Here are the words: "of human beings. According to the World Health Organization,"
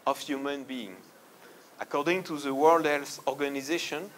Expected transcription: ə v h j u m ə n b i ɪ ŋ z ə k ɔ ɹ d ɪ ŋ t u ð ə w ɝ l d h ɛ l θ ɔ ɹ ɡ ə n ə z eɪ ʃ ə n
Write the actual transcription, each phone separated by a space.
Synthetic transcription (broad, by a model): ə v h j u m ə n b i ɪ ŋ ə k ɔ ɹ d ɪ ŋ t u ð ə w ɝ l d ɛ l s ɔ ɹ ɡ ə n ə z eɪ ʃ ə n